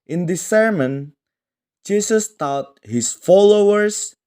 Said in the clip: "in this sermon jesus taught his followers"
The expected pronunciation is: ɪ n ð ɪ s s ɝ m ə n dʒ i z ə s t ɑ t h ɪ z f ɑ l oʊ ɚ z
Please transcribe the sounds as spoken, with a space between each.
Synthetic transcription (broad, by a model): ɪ n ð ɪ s s ɝ m ə n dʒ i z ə s t ɑ t h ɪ s f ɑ l oʊ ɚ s